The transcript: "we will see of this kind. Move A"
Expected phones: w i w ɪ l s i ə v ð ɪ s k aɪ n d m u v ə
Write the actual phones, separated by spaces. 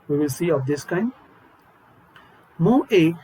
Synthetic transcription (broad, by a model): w i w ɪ l s i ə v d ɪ s k aɪ n d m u ə